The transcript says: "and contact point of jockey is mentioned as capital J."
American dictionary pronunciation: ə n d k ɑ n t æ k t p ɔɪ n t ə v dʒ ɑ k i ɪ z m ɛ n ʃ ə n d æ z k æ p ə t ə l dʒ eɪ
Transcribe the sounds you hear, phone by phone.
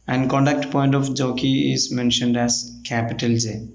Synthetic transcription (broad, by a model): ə n d k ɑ n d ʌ k t p ɔɪ n t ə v dʒ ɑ k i ɪ z m ɛ n ʃ ə n d æ z k æ p ə t ə l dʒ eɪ